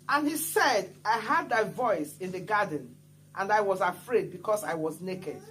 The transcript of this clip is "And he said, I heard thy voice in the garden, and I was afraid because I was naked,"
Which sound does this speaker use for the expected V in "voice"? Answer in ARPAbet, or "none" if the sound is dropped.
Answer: V